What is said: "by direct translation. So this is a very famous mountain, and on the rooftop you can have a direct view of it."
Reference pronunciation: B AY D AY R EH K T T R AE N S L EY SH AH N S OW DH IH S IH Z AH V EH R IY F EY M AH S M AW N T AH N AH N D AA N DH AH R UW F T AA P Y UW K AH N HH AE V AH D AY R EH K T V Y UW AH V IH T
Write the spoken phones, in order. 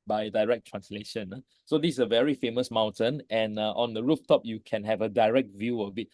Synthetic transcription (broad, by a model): B AY D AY R EH K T T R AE N S L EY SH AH N S OW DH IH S AH V EH R IY F EY M AH S M AW N T AH N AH N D AA N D AH R UW F T AA P Y UW K AH N HH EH V AH D AY R EH K T V Y UW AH B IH T